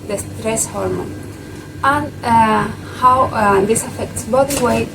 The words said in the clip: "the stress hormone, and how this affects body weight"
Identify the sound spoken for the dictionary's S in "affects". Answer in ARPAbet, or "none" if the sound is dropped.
S